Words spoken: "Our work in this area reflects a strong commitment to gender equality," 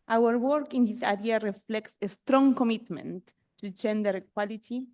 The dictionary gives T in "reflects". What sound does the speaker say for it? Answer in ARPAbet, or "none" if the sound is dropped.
T